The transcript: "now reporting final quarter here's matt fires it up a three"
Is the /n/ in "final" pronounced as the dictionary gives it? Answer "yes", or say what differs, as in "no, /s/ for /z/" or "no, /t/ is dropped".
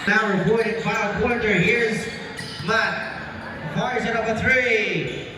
no, /n/ is dropped